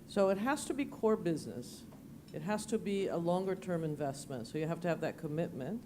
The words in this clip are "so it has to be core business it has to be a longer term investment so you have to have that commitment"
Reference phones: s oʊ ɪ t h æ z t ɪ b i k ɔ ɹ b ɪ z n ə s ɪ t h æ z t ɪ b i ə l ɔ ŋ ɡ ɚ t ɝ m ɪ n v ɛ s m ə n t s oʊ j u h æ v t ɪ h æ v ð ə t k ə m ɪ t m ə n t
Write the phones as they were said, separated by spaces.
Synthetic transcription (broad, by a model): s oʊ ɪ t h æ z t ɪ b i k ɔ ɹ b ɪ z n ə s ɪ t h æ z t ɪ b i ə l ɔ ŋ ɡ ɚ t ɝ m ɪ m v ɛ s m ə n t s oʊ j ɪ h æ f t ɪ v ð ə t k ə m ɪ t m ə n t